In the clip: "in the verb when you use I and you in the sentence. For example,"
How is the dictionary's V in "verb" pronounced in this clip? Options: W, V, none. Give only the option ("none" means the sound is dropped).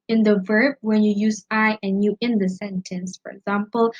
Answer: V